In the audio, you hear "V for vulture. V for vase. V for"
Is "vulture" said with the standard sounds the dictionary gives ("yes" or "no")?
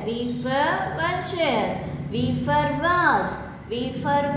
no